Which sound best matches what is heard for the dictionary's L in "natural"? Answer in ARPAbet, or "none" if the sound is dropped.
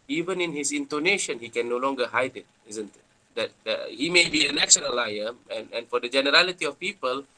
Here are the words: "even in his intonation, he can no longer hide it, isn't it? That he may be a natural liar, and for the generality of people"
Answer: N